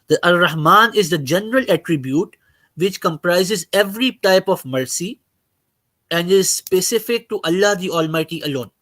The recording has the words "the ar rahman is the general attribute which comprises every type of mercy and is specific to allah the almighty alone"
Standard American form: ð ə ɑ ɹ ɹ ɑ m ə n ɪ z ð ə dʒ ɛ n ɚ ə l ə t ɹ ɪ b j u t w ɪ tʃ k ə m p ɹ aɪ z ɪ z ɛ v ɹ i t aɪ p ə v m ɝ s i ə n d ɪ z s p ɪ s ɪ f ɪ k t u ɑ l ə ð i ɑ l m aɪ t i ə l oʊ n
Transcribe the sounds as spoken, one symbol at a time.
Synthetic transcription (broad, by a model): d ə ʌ l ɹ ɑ m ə n ɪ z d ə dʒ ɛ n ɚ ə l ə t ɹ ɪ b j u t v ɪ tʃ k ə m p ɹ aɪ z ɪ z ɛ v ɹ i t aɪ p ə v m ɝ s i ə n d ɪ z s p ɪ s ɪ f ɪ k t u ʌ l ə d i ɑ l m aɪ t i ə l oʊ n